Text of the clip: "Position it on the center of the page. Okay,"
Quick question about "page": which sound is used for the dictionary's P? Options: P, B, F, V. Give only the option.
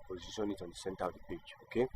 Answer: B